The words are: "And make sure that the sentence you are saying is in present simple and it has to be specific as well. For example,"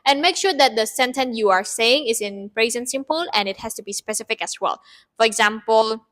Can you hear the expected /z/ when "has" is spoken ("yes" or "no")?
no